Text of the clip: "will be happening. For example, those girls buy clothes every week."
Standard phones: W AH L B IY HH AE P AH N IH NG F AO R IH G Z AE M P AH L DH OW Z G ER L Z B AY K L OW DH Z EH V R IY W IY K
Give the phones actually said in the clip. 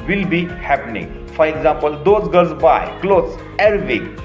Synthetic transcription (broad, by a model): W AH L B IY HH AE P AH N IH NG F AO R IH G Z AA M P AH L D OW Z G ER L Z B AY K L OW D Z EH R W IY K